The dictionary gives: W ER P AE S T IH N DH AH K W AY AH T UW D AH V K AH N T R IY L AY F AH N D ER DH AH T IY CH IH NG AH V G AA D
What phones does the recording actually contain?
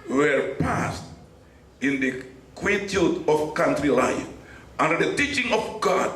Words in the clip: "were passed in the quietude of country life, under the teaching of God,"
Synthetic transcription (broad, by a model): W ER P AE S T IH N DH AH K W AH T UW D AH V K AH N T R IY L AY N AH N D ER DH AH T IY CH IH NG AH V G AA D